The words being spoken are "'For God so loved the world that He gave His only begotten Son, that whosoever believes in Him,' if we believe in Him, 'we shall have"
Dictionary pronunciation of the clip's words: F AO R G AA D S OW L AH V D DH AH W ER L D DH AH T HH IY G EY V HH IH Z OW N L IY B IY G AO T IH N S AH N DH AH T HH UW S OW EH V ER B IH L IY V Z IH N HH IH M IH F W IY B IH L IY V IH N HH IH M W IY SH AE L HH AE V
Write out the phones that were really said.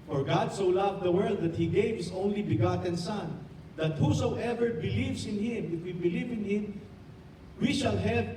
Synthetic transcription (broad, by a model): F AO R G AA D S OW L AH V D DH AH W ER L D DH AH T HH IY G EY V HH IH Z OW N L IY B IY G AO T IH N S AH N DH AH T HH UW S OW EH V ER B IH L IY V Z IH N HH IH M IH F W IY B IH L IY V IH N HH IH M W IY SH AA L HH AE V